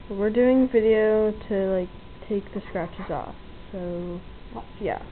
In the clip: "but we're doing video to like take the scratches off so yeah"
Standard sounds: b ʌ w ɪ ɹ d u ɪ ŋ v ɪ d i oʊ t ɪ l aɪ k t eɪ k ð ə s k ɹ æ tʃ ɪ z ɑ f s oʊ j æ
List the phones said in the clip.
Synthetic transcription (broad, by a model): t w ɪ ɹ d u ɪ ŋ v ɪ d i oʊ t ɪ l aɪ k t eɪ k ð ə s k ɹ æ tʃ ɪ z ɑ f s oʊ j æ